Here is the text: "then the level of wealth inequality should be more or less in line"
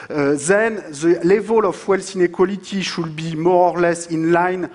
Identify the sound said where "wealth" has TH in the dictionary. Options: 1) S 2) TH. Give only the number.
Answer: 1